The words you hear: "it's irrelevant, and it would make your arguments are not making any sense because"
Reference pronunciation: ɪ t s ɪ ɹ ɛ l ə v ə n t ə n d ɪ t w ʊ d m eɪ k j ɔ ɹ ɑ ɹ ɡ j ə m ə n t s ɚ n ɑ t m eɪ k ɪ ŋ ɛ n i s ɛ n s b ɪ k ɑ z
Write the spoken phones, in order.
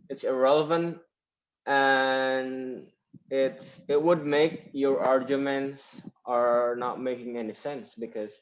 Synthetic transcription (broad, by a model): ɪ t s ɪ ɹ ɛ l ə v ə n t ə n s ɪ t w ʊ d m eɪ k j ɔ ɹ ɑ ɹ ɡ j ə m ə n t s ɚ n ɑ t m eɪ k ɪ ŋ ɛ n i s ɛ n s b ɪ k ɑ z